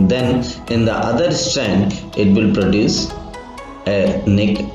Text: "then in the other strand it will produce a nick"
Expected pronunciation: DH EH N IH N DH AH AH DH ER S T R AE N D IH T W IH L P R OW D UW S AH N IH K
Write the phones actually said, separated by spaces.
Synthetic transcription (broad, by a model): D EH N IH N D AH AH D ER S T AE N D IH T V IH L P R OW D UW S AH N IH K